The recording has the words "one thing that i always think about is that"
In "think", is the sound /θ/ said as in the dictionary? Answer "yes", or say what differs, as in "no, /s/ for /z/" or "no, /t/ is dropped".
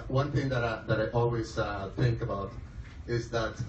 yes